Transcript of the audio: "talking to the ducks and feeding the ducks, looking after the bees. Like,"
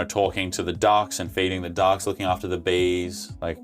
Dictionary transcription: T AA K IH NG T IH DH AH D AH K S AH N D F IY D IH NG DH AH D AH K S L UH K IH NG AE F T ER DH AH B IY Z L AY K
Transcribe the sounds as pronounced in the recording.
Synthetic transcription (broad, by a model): T AA K IH NG T IH DH AH D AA K S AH N F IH D IH NG DH AH D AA K S L UH K IH NG AE F T ER DH AH B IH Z L AY K